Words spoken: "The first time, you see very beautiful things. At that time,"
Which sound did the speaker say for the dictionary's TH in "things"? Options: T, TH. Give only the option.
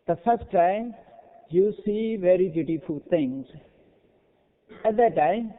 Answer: T